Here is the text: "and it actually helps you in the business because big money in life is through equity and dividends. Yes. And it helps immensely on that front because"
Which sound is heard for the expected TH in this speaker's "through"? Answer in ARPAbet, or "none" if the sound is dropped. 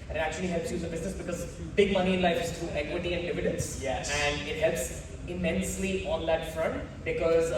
T